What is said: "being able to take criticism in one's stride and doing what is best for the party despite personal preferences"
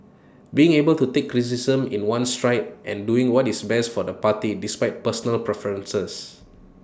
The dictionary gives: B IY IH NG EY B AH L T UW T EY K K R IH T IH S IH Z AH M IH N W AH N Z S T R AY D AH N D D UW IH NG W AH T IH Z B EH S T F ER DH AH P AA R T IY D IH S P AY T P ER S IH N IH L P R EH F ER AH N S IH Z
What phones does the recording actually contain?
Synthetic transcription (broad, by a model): B IY IH NG EY B AH L T UW T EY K K R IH S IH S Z AH M IH N W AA N S T R AY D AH N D D UW IH NG W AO T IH S B EH S T F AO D AH P AA T IY D IH S P AY T P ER S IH N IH L P R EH F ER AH N S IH S